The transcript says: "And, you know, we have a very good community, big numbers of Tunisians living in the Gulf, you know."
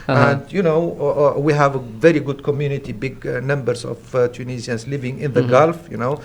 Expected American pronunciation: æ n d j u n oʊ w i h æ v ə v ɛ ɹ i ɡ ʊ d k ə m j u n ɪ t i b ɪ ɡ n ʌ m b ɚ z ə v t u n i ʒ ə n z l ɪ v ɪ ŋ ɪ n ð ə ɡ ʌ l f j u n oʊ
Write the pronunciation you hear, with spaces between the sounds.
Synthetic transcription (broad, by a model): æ n d j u n oʊ w i h æ v ə v ɛ ɹ i ɡ ʊ d k ə m j u n ɪ t i b ɪ ɡ n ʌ m b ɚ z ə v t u n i z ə n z l ɪ v ɪ ŋ ɪ n ð ə ɡ ʌ l f j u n oʊ